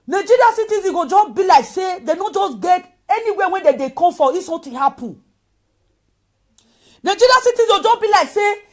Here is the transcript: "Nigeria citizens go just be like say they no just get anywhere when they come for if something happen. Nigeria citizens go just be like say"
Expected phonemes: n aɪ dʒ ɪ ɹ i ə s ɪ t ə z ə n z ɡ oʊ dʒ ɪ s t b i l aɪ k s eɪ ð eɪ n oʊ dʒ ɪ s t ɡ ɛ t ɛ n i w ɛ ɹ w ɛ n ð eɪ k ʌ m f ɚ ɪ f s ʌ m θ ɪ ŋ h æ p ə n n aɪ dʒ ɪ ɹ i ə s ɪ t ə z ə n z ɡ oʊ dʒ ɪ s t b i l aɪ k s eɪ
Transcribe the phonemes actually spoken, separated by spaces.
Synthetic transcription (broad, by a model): n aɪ dʒ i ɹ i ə s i t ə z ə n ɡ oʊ dʒ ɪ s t b i l aɪ k s eɪ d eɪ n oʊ dʒ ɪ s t ɡ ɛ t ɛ n i w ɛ w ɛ n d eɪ k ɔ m f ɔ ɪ s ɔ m t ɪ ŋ h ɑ p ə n n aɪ dʒ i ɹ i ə s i t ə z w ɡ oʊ dʒ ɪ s b i l aɪ k s eɪ